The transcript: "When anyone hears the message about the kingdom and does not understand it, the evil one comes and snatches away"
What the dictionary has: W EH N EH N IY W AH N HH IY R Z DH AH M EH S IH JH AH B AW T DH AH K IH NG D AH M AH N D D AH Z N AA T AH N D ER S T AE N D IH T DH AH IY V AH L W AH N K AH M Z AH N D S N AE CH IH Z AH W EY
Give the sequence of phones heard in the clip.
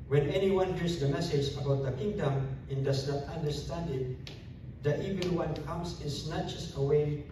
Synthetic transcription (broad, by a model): W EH N EH N IY W AH N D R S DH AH M EH S IH JH AH B AW T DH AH K IH NG D AH M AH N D D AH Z N AA T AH N D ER S T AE N D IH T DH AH IY V AH L W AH N K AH M S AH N S N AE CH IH S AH W EY